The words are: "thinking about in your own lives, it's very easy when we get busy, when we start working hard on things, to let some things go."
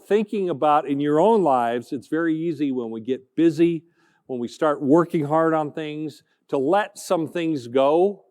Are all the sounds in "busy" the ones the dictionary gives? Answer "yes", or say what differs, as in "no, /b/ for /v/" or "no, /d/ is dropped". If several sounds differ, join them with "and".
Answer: yes